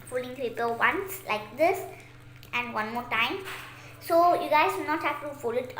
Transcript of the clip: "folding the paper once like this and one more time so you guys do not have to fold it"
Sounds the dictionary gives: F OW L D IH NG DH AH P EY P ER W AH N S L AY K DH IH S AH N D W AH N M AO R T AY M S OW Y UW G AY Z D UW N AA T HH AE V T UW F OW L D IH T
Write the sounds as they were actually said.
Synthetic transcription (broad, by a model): F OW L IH NG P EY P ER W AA N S L AY K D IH S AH N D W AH N M AO T AY M S OW Y UW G AY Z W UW N AA T HH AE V T UW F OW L IH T